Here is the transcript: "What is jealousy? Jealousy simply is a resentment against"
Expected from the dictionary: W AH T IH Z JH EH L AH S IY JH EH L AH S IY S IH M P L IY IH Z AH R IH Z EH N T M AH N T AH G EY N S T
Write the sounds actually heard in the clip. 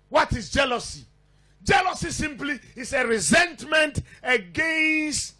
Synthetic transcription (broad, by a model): W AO T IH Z JH EH L AH S IY JH EH L AH S IY S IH M P L IY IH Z AH R IH Z EH N T M AH N T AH G EY N S T